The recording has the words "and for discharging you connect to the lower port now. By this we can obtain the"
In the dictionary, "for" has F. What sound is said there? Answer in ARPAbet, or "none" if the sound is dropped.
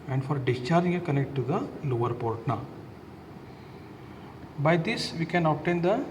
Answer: F